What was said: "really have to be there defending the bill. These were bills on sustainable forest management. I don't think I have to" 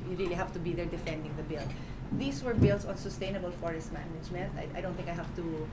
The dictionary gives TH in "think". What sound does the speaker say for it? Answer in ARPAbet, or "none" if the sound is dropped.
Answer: T